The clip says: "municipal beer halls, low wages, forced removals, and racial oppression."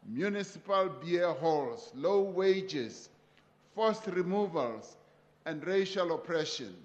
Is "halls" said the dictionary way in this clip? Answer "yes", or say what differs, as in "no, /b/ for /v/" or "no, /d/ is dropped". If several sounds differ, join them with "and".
no, /s/ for /z/